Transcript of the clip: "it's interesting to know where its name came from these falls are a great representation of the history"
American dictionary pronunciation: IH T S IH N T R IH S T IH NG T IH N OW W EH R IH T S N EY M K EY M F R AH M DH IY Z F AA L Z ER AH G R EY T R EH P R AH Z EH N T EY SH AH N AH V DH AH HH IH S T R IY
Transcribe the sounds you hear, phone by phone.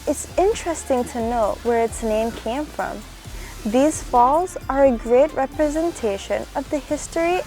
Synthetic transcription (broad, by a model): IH T S IH N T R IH S T IH NG T IH N OW W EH R IH T S N EY M K EY M F R AH M DH IY Z F AA L Z ER AH G R EY T R EH P R AH Z EH N T EY SH AH N AH V DH AH HH IH S T R IY